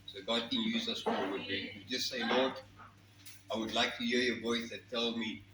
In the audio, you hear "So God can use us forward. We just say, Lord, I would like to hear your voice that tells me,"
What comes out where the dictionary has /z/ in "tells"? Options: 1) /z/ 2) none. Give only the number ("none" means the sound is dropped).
2